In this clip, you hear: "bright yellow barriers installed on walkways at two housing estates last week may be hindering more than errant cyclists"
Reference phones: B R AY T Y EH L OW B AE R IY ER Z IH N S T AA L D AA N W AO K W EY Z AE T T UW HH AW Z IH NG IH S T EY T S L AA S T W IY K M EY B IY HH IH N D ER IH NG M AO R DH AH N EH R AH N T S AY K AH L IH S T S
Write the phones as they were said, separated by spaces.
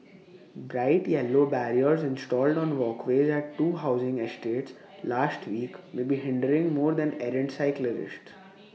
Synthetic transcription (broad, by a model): B R AY T Y EH L OW B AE R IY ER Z IH N S T AA L D AA N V AO K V EY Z AE T T UW HH AW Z IH NG IH S T EY T S L AA S T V IY K M EY B IY HH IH N D ER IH NG M AO R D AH N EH R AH N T S AY K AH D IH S T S